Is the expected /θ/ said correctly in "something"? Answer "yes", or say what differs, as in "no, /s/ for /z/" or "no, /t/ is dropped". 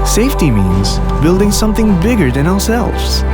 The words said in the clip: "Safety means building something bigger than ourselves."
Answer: yes